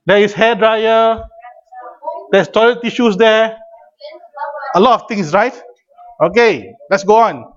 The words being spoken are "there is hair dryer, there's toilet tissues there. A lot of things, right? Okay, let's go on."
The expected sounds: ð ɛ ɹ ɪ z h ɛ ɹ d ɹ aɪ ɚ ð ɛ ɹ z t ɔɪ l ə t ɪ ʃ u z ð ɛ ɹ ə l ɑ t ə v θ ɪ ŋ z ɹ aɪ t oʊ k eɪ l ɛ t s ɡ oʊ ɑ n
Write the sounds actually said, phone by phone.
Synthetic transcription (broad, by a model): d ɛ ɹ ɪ s h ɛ d ɹ aɪ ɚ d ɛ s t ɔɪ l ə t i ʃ u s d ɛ ə l ɑ t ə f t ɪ ŋ s ɹ aɪ t oʊ k eɪ l ɛ t s ɡ oʊ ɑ n